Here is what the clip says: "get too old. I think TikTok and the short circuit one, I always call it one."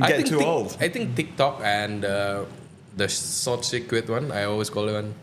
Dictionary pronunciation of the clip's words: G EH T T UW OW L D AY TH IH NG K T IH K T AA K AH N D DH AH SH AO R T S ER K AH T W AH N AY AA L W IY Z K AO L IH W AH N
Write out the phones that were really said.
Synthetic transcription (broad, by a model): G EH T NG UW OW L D AY T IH NG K T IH K T AA K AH N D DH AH S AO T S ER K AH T W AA N AY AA L W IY S K AO L IH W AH N